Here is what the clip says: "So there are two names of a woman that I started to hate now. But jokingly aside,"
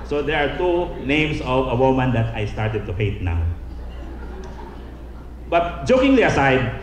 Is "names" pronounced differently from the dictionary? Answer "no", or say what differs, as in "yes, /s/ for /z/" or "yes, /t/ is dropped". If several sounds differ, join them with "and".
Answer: yes, /s/ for /z/